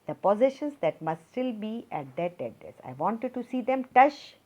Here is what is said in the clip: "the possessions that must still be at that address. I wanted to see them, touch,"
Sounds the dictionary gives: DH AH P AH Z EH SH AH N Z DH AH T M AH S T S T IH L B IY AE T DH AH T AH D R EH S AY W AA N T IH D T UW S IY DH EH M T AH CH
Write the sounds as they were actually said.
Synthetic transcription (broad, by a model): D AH P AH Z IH SH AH N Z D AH T M AH S T S T IH L B IY AE T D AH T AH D EH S AY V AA N T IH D T UW S IY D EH M T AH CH